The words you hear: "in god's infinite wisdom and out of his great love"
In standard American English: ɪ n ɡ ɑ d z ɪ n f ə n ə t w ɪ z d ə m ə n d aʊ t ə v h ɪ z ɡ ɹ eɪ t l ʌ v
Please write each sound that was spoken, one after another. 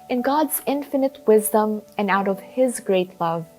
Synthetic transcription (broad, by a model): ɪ n ɡ ɑ d z ɪ n f ə n ə t w ɪ z d ə m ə n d aʊ t ə v h ɪ z ɡ ɹ eɪ t l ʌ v